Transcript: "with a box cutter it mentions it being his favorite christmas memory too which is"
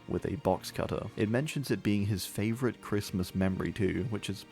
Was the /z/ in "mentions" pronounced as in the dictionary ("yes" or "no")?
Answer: yes